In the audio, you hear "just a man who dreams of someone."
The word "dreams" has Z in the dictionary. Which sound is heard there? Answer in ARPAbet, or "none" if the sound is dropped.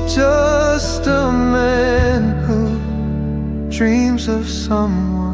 Z